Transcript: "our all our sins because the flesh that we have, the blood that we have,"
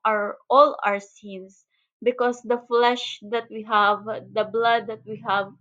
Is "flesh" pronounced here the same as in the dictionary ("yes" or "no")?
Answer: yes